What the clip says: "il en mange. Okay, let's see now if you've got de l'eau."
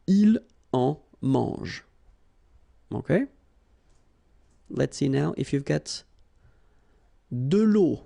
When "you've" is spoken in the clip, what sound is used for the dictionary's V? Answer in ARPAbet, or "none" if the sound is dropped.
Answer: V